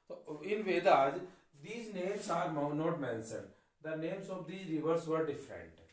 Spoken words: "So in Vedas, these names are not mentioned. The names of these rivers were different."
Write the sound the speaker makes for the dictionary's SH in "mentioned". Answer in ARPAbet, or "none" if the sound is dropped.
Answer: S